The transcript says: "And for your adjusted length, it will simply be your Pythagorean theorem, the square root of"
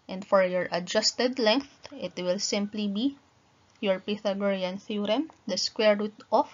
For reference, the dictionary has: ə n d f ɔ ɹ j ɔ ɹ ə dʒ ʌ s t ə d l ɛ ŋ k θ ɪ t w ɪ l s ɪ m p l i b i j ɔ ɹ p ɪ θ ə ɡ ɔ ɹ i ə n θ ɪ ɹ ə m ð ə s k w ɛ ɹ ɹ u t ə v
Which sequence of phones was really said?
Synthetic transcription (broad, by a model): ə n d f ɔ ɹ j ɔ ɹ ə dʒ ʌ s t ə d l ɛ ŋ k θ ɪ t w ɪ l s ɪ m p l i b i j ɔ ɹ p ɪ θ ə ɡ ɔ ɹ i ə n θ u ɹ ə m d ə s k w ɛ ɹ ɹ u t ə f